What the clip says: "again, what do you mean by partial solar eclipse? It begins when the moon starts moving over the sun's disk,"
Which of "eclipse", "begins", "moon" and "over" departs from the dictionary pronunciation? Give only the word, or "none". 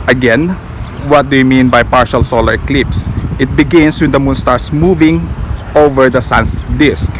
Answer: begins